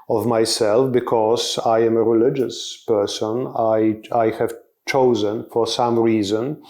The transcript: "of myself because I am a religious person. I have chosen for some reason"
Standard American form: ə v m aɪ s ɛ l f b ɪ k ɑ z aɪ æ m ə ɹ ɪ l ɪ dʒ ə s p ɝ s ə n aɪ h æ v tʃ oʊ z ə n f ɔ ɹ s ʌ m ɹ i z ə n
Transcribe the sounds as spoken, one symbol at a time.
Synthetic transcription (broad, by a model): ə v m aɪ s ɛ l f b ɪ k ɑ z aɪ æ m ə ɹ ɪ l ɪ dʒ ə s p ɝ s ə n aɪ h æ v tʃ oʊ z ə n f ɔ ɹ s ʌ m ɹ i z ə n